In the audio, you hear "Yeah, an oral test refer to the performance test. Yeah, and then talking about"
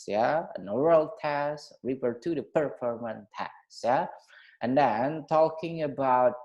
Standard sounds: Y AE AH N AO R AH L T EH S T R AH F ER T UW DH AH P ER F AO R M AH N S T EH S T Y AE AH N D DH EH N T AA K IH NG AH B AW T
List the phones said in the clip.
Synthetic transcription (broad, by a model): Y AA AH N AO R AH L T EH S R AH P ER T UW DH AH P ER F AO R M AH N T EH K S Y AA AH N D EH N T AA K IH NG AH B AW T